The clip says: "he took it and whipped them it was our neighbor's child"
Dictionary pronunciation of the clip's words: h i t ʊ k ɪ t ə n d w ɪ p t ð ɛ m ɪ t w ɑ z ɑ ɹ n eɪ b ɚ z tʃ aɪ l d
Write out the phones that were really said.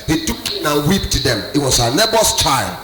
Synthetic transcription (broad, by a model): h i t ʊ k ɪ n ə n w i p t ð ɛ m ɪ t w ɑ s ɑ n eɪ b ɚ s tʃ aɪ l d